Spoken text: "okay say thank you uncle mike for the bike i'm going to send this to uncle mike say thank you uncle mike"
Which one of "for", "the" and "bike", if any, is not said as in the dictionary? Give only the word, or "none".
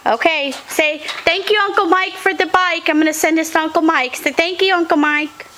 none